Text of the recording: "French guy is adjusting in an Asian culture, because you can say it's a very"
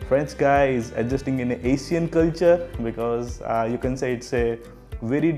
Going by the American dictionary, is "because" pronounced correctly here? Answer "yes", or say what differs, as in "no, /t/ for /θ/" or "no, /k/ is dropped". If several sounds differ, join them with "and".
yes